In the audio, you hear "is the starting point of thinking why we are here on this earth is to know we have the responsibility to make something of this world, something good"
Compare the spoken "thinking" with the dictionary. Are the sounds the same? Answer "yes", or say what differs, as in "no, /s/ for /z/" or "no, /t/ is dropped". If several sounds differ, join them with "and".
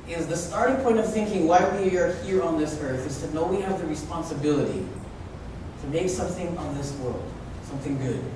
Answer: yes